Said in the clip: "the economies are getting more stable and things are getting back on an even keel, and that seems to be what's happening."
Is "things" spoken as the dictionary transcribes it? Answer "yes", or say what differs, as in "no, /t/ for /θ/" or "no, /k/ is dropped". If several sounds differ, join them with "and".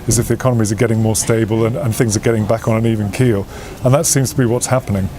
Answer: yes